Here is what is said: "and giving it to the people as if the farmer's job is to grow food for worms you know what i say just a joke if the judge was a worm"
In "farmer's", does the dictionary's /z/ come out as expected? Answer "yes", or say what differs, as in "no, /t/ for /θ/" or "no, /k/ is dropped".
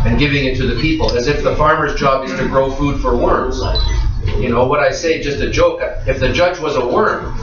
yes